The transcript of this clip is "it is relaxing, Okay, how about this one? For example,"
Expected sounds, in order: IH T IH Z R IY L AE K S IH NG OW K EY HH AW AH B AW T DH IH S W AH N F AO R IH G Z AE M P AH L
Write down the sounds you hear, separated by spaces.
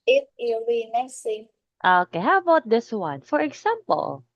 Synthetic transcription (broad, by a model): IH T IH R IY N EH S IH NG OW K EY HH AW AH B AW T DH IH S W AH N F AO R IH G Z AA M P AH L